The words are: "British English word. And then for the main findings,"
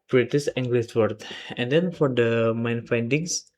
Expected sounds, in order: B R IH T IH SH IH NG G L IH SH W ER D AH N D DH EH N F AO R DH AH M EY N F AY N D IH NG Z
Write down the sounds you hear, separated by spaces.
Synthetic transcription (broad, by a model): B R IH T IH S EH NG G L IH S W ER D AH N D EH N F AO R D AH M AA N F AY N D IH NG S